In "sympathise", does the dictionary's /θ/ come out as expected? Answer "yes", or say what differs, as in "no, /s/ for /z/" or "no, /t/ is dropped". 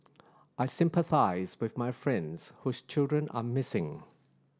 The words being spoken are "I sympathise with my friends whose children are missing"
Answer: yes